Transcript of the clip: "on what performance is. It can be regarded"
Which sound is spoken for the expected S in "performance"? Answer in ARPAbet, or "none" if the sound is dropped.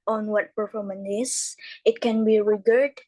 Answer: none